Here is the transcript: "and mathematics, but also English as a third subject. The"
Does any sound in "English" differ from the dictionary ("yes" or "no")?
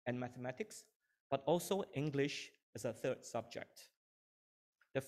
no